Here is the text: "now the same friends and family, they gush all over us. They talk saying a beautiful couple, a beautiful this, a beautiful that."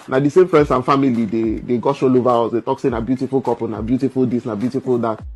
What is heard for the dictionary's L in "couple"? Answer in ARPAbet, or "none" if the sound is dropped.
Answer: N